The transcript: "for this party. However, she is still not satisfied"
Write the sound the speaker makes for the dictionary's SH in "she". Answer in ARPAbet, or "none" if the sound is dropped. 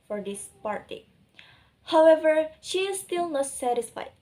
SH